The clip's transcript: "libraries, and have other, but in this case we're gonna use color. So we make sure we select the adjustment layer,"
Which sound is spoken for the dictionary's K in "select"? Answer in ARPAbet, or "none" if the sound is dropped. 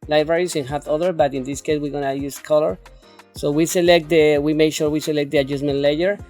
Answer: K